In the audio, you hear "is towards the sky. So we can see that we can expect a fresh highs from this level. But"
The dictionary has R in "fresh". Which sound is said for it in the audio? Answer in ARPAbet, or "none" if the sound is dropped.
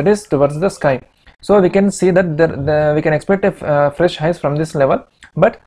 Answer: R